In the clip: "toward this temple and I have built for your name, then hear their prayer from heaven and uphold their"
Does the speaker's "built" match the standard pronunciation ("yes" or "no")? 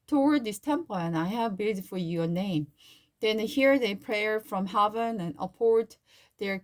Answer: no